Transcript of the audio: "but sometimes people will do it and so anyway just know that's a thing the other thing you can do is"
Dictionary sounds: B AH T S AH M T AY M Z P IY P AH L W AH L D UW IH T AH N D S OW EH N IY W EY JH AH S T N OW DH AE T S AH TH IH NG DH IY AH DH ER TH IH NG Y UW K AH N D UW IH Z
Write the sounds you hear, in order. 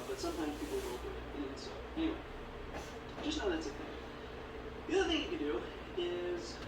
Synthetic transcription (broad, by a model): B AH T S AH M T AY M Z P IY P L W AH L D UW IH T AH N S OW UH IY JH AH S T N OW DH AE T S AH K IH DH IY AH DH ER TH IH NG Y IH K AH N D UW IH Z